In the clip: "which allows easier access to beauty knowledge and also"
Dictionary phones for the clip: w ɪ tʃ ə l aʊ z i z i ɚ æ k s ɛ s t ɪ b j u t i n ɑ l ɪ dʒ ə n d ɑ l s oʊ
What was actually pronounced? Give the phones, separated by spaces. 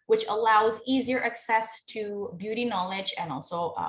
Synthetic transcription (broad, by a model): w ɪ tʃ ə l aʊ z i z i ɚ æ k s ɛ s t ɪ b j u t i n ɑ l ɪ dʒ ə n ɑ l s oʊ